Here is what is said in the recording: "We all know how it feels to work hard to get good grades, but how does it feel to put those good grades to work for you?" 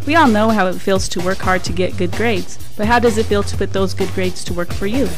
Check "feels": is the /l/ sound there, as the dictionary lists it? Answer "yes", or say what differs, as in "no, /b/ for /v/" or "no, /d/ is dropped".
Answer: yes